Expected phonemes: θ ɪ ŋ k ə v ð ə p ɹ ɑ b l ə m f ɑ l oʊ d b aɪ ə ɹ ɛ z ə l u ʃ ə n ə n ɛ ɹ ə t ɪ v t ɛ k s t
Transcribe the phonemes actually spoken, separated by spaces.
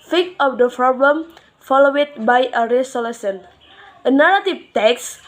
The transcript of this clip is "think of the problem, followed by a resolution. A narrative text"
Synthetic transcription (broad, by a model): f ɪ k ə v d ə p ɹ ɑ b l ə m f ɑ l oʊ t b aɪ ə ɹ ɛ s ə l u s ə n ə n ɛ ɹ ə t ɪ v t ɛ k s